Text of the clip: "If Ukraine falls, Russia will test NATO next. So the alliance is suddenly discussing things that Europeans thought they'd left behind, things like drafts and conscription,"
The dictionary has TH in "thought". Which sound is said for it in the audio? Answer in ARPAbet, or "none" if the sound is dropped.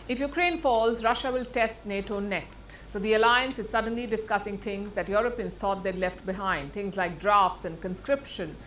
T